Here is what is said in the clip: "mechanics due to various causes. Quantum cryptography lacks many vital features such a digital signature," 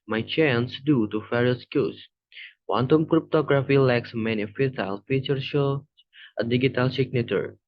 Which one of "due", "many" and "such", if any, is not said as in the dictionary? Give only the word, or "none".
such